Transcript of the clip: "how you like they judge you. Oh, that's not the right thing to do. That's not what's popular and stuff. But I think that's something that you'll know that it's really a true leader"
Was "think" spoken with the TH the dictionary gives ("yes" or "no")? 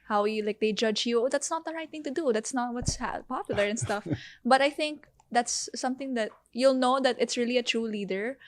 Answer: yes